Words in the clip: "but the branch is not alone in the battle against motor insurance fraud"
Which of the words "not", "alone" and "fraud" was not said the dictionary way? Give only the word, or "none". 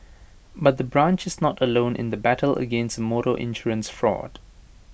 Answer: none